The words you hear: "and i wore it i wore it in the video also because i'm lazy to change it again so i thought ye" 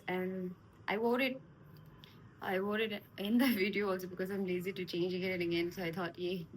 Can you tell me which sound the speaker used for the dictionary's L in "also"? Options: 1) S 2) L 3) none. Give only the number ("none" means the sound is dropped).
2